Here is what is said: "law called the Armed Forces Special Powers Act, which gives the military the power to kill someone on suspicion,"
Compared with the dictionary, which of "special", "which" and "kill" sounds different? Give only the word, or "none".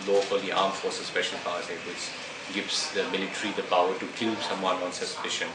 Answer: special